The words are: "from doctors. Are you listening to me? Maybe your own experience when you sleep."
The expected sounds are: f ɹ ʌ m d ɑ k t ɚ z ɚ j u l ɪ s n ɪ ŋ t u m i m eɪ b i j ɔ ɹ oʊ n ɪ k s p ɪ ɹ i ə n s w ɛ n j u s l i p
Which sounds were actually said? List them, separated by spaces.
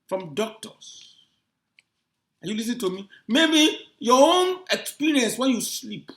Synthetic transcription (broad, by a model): f ɹ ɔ m d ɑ k t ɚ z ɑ j u l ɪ s ɪ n t u m i m eɪ b i j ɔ oʊ n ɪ k s p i ɹ i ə n s w ɛ n j u s l i p